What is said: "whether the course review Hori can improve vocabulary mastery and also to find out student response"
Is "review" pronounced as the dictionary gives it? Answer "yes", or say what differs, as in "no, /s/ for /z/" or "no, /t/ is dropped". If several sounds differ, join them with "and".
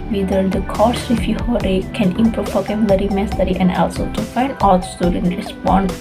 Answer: no, /f/ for /v/